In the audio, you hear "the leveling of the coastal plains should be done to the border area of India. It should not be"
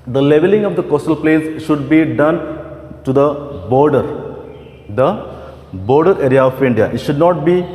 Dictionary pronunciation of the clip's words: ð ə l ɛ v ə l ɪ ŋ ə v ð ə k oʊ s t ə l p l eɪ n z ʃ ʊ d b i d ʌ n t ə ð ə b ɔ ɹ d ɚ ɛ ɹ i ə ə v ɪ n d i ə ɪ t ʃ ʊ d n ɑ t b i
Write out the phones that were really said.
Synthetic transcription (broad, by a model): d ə l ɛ v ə l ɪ ŋ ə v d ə k oʊ s t ə l p l eɪ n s ʃ ʊ d b i d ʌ n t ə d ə b ɔ ɹ d ɚ ɛ ɹ i ə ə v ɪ n d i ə ɪ t ʃ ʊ d n ɑ t b i